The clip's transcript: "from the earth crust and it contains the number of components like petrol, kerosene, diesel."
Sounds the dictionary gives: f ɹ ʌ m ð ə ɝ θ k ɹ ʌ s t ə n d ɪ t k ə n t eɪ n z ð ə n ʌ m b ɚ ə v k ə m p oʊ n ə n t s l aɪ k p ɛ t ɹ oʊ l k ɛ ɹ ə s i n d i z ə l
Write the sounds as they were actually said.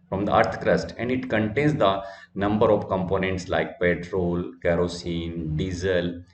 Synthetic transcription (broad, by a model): f ɹ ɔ m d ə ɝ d k ɹ ʌ s t ə n d ɪ t k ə n t eɪ n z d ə n ʌ m b ɚ ə v k ə m p oʊ n ə n t s l aɪ k p ɛ t ɹ oʊ l k ɛ ɹ ə s i n d i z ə l